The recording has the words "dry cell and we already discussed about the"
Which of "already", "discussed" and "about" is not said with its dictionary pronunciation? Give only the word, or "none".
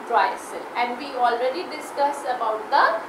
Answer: discussed